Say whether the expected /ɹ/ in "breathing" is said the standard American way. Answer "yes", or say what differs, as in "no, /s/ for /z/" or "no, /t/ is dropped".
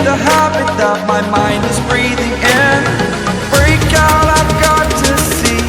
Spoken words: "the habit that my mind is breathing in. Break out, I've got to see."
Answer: yes